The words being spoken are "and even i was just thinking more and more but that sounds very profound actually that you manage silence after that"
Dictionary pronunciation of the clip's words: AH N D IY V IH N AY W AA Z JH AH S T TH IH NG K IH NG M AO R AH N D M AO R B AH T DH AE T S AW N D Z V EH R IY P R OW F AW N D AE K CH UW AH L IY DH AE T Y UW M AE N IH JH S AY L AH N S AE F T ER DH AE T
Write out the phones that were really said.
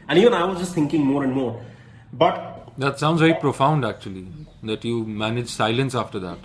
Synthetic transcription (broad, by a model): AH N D IY V IH N AY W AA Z JH AH S T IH NG K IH NG M AO R AH N D M AO R B AH T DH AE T S AW N D Z V EH R IY P R OW F AW N D AE K CH UW AH L IY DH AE T Y UW M AE N IH JH S AY L AH N S AE F T ER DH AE T